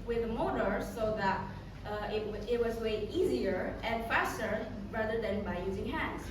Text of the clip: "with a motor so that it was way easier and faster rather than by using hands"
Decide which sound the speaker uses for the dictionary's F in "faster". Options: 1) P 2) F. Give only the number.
2